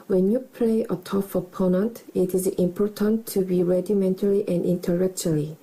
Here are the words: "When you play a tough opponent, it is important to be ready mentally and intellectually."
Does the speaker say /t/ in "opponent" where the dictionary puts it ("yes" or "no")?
yes